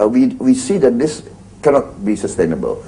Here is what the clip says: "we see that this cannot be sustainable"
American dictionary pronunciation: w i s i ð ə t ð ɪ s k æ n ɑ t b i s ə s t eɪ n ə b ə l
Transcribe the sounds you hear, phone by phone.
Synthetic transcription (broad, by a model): w i s i ð ə t ð ɪ s k æ n ɑ t b i s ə s t eɪ n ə b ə l